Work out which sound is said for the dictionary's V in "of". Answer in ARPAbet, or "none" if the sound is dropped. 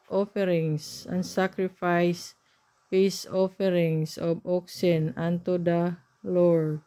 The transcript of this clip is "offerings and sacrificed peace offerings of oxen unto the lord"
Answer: B